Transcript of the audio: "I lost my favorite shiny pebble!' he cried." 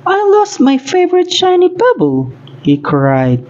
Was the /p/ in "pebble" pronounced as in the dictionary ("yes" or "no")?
no